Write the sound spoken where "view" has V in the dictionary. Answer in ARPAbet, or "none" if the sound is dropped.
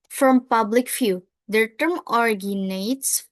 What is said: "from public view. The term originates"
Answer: F